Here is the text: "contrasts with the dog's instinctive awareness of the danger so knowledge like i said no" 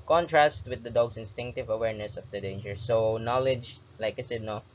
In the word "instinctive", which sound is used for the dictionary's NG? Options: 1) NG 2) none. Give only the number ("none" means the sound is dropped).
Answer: 1